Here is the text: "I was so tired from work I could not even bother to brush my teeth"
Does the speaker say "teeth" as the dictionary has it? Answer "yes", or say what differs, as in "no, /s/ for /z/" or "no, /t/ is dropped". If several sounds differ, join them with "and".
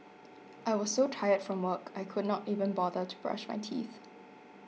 yes